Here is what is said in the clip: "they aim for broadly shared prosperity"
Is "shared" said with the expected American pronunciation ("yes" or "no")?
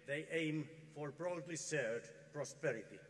no